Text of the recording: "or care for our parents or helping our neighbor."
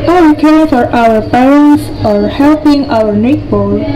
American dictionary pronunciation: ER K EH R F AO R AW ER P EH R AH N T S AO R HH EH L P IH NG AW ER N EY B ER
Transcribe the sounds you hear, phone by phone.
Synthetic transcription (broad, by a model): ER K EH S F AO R AW ER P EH R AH N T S AO R HH EH L P IH NG AW ER N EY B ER